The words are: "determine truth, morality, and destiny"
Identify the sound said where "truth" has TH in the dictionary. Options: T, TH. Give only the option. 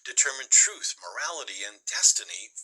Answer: TH